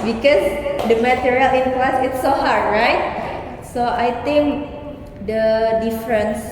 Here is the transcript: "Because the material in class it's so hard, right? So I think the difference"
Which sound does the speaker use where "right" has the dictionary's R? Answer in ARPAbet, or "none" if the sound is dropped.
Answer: R